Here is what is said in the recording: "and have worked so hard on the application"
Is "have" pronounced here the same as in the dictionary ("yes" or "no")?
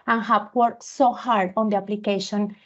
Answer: no